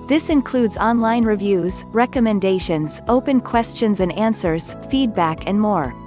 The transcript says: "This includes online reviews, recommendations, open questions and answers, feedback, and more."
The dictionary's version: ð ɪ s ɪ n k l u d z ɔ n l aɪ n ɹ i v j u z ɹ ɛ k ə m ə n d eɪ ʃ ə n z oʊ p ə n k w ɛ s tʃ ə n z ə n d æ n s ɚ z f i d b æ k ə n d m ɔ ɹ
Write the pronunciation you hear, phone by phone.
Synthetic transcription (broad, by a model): ð ɪ s ɪ n k l u d z ɔ n l aɪ n ɹ i v j u z ɹ ɛ k ə m ə n d eɪ ʃ ə n z oʊ p ə n k w ɛ s tʃ ə n z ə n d æ n s ɚ z f i d b æ k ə n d m ɔ ɹ